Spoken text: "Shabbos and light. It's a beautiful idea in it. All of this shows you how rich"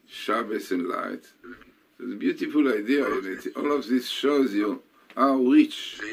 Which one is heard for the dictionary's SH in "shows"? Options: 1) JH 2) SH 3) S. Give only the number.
2